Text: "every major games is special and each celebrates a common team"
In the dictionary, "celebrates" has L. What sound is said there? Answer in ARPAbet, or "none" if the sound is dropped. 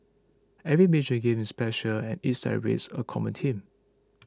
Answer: none